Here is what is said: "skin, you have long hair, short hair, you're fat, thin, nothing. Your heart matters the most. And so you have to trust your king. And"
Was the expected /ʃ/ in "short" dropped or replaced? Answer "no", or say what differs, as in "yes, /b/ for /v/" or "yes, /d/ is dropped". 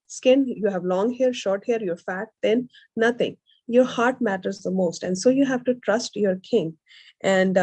no